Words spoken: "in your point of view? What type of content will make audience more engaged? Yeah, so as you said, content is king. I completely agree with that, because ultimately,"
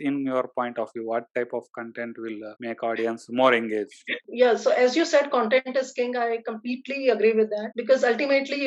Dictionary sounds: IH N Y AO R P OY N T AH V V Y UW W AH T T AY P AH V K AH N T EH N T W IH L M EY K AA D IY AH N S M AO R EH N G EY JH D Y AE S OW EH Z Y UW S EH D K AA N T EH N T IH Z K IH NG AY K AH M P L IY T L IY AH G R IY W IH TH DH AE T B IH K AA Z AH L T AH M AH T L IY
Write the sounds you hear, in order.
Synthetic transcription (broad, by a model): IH N Y AO R P OY N T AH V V Y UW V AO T T AY P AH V K AH N T EH N T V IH L M EY K AA D IY AH N S M AO R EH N G EY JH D Y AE S OW EH Z Y UW S EH D K AA N T EH N T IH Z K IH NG AY K AH M P L IY T L IY AH G R IY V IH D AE T B IH K AA Z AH L T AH M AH T L IY